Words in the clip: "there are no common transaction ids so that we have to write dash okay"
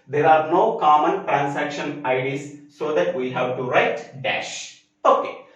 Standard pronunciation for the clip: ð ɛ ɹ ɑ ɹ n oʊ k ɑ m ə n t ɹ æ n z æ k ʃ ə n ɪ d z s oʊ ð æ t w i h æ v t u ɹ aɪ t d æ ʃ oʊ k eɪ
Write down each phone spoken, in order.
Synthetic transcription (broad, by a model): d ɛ ɹ ɑ ɹ n oʊ k ɑ m ə n t ɹ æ n s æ k ʃ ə n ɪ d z s oʊ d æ t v i h æ v t u ɹ aɪ t d æ ʃ oʊ k eɪ